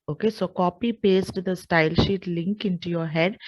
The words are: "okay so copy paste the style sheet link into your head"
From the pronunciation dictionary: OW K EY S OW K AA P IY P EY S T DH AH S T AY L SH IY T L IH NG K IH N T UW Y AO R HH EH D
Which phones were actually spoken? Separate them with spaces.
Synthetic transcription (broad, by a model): OW K EY S OW K AA P IY P EY S T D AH S T AY L SH IY T L IH NG K IH N T UW Y AO R HH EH D